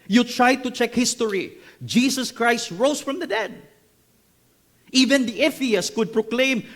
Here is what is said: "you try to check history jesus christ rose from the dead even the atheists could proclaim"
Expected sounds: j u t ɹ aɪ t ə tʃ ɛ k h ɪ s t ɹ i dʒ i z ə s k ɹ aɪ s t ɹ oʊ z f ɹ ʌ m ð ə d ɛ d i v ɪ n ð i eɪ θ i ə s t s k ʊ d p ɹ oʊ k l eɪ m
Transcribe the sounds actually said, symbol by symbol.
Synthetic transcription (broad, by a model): j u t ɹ aɪ t ə tʃ ɛ k h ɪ s t ɹ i dʒ i s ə s k ɹ aɪ s t ɹ oʊ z f ɹ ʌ m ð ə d ɛ d i v ɪ n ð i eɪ f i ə s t k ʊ d p ɹ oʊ k l eɪ m